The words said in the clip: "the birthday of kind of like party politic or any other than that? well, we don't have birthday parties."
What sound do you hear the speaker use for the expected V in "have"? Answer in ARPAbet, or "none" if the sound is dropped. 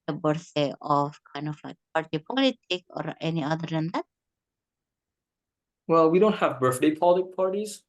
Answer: V